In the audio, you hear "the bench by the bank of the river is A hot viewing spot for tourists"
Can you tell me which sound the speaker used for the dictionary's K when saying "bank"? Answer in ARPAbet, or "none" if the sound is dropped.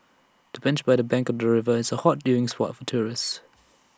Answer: K